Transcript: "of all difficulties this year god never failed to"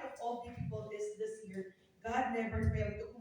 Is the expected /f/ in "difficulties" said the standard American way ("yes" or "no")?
no